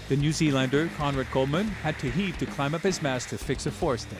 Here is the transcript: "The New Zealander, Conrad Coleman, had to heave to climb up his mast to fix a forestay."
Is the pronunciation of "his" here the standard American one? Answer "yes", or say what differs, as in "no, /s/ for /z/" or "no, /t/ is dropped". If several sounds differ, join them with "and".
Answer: yes